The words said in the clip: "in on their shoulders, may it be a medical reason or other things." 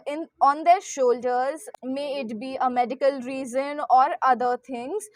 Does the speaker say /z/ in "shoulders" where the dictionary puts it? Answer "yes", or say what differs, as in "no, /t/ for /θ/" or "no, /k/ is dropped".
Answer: yes